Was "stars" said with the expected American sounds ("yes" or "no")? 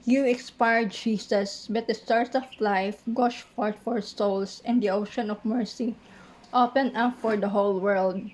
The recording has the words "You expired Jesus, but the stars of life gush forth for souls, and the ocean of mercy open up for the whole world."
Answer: no